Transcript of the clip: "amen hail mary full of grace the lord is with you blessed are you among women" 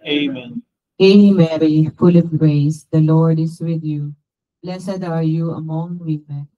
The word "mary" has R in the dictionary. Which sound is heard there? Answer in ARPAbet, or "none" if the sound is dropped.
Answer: R